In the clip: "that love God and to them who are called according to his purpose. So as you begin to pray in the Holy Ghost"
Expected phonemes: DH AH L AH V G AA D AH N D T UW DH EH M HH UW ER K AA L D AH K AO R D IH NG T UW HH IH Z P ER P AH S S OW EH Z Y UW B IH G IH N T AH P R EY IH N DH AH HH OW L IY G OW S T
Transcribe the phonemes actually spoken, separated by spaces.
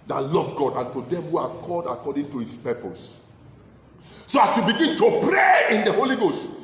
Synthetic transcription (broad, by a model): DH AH L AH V G AA D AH N T UW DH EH M HH UW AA K AA D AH K AO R D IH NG T UW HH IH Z P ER P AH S S OW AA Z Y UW B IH G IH N T AH P R EY IH N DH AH HH OW L IY G OW S T